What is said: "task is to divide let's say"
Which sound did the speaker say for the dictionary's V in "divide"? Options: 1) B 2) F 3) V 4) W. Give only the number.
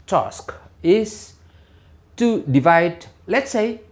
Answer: 3